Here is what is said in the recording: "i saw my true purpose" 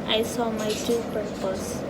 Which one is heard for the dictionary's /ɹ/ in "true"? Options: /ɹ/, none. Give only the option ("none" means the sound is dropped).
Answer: none